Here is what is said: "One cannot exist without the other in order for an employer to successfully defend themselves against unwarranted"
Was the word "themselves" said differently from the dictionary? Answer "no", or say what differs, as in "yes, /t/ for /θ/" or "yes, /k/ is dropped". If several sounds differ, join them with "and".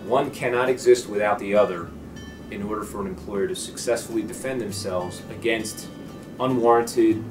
no